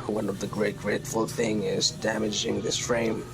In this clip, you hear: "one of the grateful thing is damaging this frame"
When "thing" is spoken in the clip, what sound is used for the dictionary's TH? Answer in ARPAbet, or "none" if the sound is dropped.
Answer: TH